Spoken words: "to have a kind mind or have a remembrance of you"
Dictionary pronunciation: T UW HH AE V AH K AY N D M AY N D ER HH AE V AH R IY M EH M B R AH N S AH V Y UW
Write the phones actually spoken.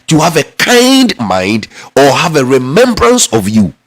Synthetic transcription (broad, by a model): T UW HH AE V AH K AY N D M AY N D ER HH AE V AH R IY M EH M B R AH N S AH V Y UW